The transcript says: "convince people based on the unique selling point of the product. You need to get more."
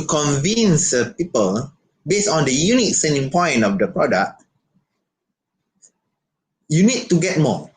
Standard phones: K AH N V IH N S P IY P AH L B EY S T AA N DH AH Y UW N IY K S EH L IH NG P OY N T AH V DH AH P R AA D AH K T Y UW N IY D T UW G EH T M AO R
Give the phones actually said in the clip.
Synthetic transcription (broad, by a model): K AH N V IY N S P IY P AH L B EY S AA N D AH Y UW N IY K S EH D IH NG P OY N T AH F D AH P R AA D AH K T Y UW N IY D T UW G EH T M AO